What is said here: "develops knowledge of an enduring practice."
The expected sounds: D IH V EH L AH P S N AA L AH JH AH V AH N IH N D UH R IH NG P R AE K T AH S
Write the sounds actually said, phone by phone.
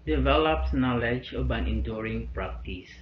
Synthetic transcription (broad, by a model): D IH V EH L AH P S N AA L AH JH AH B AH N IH N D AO R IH NG P R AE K T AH S